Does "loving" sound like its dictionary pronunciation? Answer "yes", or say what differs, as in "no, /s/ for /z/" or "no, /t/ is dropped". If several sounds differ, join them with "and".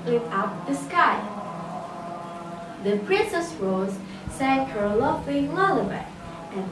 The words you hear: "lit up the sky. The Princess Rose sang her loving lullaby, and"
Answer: no, /f/ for /v/